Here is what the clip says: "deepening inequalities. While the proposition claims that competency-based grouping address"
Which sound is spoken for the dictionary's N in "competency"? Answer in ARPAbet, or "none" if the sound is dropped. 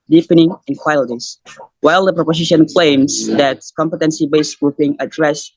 N